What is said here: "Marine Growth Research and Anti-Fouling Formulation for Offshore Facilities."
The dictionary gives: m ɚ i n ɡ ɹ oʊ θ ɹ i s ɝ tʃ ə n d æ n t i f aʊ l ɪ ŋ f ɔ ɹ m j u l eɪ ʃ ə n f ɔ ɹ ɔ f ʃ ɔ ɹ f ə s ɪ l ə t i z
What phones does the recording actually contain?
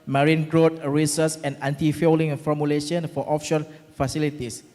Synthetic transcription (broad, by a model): m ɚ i n ɡ ɹ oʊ t ɹ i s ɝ s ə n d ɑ n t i f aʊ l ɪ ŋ f ɔ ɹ m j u l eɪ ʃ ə n f ɔ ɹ ɔ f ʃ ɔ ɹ f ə s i l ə t i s